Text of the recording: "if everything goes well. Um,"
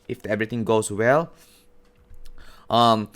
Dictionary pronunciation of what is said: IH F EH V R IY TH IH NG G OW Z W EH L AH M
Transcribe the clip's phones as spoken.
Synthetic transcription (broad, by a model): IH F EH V R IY T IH NG G OW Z W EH L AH M